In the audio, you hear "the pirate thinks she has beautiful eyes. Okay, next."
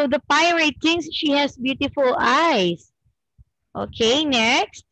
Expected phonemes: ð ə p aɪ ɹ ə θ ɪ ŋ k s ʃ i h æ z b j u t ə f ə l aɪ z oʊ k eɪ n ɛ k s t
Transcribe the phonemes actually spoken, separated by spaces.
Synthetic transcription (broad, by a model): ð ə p aɪ ɹ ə t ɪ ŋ s ʃ i h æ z b j u t ə f ə l aɪ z oʊ k eɪ n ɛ k s t